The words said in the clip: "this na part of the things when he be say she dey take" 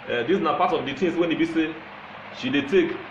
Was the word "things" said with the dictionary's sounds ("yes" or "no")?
no